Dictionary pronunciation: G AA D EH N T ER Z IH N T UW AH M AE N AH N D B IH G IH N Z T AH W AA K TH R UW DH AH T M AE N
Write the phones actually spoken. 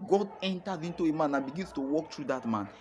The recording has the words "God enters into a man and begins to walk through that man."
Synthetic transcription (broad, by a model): G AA D EH N T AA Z IH N T UW AH M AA N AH N B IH G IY N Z T AH W AA K T R UW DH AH T M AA N